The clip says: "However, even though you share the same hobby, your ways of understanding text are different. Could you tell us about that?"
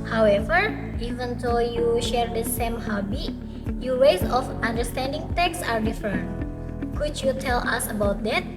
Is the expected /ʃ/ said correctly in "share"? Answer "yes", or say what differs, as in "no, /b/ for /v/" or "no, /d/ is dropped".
yes